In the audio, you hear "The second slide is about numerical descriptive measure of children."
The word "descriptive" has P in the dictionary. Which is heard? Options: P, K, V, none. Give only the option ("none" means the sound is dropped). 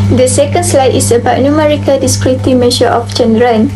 none